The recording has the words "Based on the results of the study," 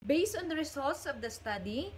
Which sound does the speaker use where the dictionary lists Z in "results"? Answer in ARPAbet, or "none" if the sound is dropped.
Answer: S